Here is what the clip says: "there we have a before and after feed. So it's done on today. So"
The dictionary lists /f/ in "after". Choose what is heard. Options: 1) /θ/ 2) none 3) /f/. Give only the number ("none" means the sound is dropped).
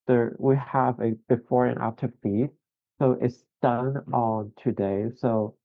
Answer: 2